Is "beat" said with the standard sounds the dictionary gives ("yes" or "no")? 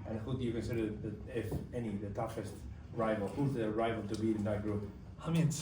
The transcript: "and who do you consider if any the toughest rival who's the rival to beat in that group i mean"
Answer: no